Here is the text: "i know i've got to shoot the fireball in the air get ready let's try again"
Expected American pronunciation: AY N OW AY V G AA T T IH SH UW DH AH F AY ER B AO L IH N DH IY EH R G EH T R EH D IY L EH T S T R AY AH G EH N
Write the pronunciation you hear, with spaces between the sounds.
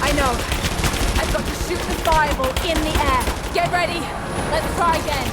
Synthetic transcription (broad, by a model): AY N OW AY V G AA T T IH S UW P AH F AY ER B L IH N DH IY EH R G EH T R EH D IY L EH T S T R AY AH G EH N